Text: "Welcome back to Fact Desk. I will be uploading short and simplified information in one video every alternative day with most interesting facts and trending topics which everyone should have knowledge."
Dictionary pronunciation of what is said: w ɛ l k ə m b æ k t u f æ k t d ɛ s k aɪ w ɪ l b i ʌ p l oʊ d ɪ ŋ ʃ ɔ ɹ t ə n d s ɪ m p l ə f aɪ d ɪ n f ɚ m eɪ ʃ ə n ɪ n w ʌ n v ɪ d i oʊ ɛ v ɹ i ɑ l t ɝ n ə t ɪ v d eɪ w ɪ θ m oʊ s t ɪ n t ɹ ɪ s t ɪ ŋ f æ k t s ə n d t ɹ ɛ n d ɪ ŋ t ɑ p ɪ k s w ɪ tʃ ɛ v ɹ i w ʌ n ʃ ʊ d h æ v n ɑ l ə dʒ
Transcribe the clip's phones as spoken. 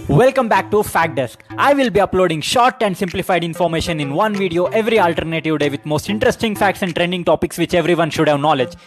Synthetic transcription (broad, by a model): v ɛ l k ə m b æ k t u f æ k d ɛ s k aɪ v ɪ l b i ʌ p l oʊ d ɪ ŋ ʃ ɔ ɹ t ə n d s ɪ m p l ə f aɪ d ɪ n f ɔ m eɪ ʃ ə n ɪ n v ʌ n v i d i oʊ ɛ v ɹ i ɑ l t ɝ n ə t ɪ v d eɪ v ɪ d m oʊ s t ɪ n t ɹ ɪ s t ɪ ŋ f æ k t s ə n d t ɹ ɛ n d ɪ ŋ t ɑ p ɪ k s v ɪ tʃ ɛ v ɹ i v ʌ n ʃ ʊ d h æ v n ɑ l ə dʒ